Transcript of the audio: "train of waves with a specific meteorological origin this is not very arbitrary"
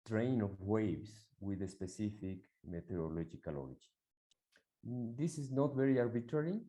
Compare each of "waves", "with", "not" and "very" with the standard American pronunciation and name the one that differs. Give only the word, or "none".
waves